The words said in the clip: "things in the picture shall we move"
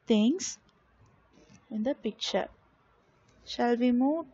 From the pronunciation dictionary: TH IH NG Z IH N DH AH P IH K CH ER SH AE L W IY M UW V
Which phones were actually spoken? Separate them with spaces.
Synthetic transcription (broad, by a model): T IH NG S IH N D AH P IH K CH ER SH AE L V IY M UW